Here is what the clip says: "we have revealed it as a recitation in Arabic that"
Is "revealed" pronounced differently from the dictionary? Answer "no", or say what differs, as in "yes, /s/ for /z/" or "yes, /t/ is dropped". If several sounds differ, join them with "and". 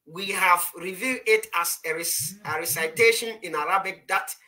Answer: yes, /l/ is dropped